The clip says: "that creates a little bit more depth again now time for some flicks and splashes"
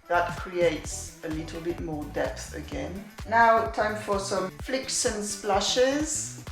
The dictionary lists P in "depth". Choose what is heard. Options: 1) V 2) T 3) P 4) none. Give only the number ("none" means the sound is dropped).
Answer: 3